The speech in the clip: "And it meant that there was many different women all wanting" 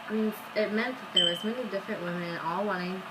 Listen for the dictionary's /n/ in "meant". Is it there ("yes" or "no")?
yes